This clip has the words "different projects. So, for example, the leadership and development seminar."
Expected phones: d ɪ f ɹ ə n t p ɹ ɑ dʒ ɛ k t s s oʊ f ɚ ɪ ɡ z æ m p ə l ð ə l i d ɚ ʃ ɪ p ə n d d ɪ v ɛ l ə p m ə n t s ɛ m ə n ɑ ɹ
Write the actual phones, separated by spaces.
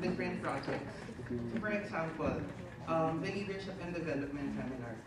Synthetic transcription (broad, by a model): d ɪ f ɹ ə n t p ɹ ɑ dʒ ɛ k t s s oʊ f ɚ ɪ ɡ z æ m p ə l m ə l i d ɚ ʃ ɪ p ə n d d ɪ v ɛ l ə p m ə n t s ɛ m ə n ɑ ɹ